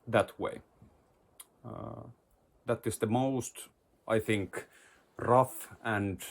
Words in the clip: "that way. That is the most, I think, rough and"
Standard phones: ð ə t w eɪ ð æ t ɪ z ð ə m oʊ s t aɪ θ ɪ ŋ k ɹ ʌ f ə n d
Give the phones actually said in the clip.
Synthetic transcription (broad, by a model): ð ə t w eɪ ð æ t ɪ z ð ə m oʊ s t aɪ θ ɪ ŋ k ɹ ʌ f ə n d